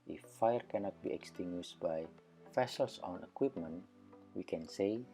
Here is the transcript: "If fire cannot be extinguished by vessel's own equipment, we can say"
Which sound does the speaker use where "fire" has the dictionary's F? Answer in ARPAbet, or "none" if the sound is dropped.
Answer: F